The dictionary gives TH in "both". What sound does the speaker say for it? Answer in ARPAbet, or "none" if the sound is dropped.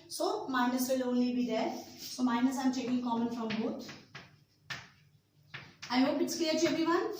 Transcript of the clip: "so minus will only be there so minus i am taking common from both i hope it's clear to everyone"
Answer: T